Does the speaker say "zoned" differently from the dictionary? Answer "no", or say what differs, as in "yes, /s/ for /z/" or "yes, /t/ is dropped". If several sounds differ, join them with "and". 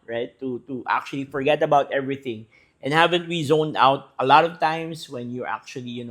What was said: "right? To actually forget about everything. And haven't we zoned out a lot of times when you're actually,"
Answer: no